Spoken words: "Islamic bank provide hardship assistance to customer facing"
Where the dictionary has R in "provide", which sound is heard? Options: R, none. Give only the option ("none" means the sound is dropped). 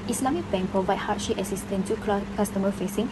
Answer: none